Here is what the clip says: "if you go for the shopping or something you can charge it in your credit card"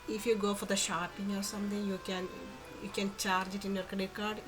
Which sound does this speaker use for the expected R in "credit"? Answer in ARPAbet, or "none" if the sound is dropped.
none